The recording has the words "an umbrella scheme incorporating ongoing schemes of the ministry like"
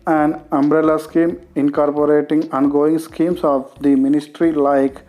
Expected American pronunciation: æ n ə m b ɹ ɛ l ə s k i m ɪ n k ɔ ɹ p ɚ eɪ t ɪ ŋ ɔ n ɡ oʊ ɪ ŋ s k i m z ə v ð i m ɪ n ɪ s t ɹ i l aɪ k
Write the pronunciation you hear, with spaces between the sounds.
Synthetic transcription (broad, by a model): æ n ə m b ɹ ɛ l ə s k i m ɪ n k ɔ ɹ p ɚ eɪ t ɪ ŋ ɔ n ɡ oʊ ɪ ŋ s k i m s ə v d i m ɪ n ɪ s t ɹ i l aɪ k